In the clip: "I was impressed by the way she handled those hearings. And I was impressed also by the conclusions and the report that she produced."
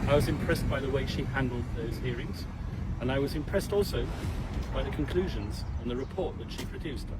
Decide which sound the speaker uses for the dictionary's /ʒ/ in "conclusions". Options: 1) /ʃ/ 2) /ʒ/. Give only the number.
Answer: 2